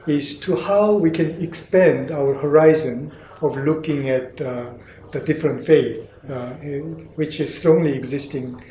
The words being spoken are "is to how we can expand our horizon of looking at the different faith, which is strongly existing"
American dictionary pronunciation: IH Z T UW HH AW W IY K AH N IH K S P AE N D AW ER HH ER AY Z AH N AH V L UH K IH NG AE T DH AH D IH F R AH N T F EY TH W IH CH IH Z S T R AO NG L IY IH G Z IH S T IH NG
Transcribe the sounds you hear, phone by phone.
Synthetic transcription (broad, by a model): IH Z T UW HH AW W IY K AH N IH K S P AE N D AW ER HH ER AY Z AH N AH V L UH K IH NG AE T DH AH D IH F R AH N T F EY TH W IH CH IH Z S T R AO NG L IY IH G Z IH S T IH NG